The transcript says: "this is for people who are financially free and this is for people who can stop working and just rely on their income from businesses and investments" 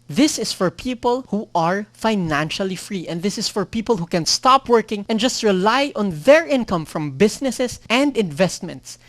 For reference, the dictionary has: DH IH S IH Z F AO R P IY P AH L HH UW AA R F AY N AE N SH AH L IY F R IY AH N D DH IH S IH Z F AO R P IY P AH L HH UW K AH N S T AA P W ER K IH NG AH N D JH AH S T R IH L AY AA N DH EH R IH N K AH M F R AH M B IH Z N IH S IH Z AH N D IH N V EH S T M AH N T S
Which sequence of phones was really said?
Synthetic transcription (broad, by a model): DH IH S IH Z F AO R P IY P AH L HH UW AA R F AY N AE N SH AH L IY F R IY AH N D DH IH S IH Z F AO R P IY P AH L HH UW K AH N S T AA P W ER K IH NG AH N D JH AH S T R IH L AY AA N DH EH R IH N K AH M F R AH M B IH S N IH S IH S AH N D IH N V EH S T M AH N T S